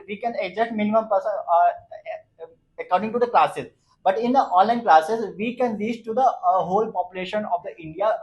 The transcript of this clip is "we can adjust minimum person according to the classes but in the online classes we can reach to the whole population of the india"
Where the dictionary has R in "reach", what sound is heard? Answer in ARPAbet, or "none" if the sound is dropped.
L